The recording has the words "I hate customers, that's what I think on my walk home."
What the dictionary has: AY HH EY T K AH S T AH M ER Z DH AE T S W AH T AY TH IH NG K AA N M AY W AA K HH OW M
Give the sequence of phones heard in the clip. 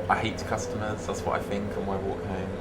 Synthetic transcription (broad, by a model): AY HH EY T K AH S T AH M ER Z DH AE T S W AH T AY TH IH NG K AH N M AY W AA K HH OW M